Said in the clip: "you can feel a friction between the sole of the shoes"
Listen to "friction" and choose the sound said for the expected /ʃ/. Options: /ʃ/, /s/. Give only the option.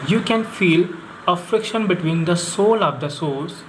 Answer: /ʃ/